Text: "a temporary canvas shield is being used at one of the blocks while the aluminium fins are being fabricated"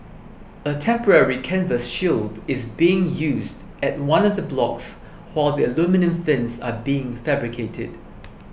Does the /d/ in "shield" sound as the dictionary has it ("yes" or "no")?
yes